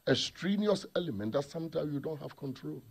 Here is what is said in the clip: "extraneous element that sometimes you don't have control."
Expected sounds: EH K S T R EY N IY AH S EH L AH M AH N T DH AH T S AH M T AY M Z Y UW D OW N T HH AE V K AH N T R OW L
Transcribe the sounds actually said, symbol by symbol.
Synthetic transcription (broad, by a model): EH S T R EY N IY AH S EH L AH M AH N T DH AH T S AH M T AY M Y UW D OW N T HH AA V K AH N T R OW L